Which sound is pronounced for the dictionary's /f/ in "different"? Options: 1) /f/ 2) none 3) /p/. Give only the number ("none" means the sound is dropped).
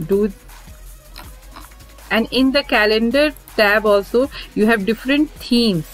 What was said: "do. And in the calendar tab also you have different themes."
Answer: 1